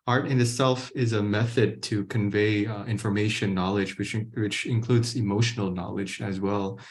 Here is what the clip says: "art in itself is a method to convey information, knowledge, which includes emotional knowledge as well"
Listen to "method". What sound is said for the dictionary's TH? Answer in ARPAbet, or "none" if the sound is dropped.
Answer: TH